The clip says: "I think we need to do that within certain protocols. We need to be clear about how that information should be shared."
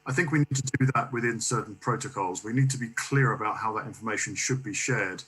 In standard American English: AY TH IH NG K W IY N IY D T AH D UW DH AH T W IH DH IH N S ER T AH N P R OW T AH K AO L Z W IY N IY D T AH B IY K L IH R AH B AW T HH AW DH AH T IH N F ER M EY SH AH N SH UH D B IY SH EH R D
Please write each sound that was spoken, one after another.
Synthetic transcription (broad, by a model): AY TH IH NG K W IY N IY D T AH D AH DH AH T W IH DH IH N S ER T N P R OW T AH K AO L Z W IY N IY D T AH B IY K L IH R AH B AW T HH AW DH AH T IH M F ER M EY SH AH N SH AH D B IY SH EH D